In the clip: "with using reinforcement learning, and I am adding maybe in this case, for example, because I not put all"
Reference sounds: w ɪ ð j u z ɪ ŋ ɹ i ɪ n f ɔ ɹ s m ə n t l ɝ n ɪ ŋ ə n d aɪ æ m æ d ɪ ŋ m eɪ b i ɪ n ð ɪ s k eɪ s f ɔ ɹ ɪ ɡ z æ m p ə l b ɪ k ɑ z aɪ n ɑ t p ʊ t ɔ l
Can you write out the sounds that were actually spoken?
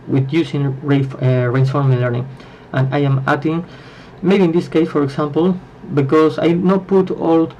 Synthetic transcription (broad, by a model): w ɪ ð j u s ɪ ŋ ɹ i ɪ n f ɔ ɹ m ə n l ɝ n ɪ ŋ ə n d aɪ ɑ m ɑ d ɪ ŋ m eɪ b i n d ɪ s k eɪ s f ɔ ɹ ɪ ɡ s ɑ m p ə l b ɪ k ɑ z aɪ n ɑ t p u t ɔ l